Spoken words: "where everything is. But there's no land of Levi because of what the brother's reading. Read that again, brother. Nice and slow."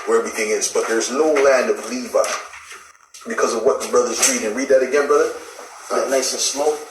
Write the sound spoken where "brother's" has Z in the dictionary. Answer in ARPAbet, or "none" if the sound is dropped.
Z